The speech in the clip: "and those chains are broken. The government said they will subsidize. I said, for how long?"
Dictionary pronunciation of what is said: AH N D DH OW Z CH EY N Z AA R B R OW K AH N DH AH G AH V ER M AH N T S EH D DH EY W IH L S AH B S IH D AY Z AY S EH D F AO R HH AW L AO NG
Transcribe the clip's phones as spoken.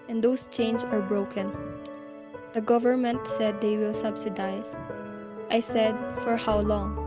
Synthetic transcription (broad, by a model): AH N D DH OW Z CH EY N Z AA R B R OW K AH N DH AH G AH V ER M AH N T S EH D EY W IH L S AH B S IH D AY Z AY S EH D F AO R HH AW L AO NG